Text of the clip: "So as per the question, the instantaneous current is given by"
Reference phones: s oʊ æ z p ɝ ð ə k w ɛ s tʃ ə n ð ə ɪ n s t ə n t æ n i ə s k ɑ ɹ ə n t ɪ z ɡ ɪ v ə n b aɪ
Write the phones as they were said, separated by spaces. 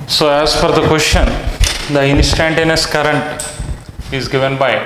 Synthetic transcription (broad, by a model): s oʊ æ z f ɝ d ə k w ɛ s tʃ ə n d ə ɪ n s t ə n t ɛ n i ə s k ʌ ɹ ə n t ɪ z ɡ ɪ v ə n b aɪ